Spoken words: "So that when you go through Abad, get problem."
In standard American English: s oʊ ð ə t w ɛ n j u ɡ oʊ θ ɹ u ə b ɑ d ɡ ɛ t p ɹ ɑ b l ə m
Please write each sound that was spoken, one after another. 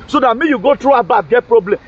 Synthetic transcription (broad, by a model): s oʊ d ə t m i j u ɡ oʊ t ɹ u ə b ɑ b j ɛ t p ɹ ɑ b l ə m